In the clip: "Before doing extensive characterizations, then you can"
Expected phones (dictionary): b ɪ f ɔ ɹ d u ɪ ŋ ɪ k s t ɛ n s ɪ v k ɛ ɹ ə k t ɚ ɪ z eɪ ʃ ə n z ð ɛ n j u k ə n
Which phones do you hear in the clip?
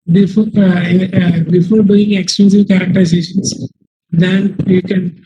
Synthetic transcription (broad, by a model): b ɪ f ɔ ɹ d u ɪ ŋ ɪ k s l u s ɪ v k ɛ ɹ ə k t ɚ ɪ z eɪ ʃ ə n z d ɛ n j u k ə n